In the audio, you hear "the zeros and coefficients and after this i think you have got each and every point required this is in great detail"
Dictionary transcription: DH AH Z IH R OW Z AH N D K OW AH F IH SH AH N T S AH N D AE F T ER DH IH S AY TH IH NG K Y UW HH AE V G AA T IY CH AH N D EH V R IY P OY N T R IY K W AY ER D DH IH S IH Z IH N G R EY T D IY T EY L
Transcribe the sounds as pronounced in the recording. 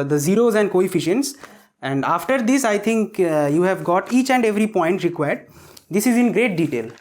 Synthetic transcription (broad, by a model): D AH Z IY R OW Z AH N D K OW AH F IH SH AH N T S AH N D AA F T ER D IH S AY T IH NG K Y UW HH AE V G AA T IY CH AH N D EH V R IY P OY N T R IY K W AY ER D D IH S IH Z IH N G R EY T D IY T EY L